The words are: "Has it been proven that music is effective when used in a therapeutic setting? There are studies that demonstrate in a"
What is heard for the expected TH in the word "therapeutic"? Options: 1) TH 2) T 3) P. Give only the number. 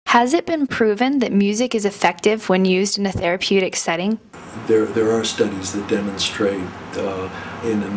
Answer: 1